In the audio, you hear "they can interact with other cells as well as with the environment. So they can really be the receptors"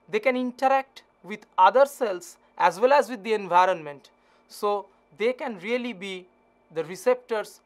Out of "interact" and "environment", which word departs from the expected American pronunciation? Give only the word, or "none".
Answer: none